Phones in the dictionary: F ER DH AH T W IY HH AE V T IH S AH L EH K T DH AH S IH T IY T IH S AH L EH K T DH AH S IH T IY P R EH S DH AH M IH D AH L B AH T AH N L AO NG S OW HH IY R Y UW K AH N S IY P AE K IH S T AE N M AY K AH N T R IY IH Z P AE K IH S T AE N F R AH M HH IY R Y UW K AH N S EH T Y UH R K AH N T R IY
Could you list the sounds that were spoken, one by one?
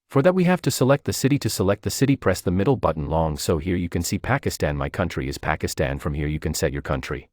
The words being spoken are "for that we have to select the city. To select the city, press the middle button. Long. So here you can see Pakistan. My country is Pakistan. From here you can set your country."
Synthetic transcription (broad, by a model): F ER DH AH T W IY HH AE F T IH S AH L EH K T DH AH S IH T IY T IH S AH L EH K T DH AH S IH T IY P R EH S DH AH M IH D L B AH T N L AO NG S OW HH IY R Y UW K AH N S IY P AE K IH S T AE N M AY K AH N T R IY IH Z P AE K IH S T AE N F R AH M HH IY R Y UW K AH N S EH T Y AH R K AH N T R IY